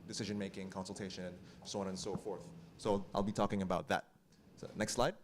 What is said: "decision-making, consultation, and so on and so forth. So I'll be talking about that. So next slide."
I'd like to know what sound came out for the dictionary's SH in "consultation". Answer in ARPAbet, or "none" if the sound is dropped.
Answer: none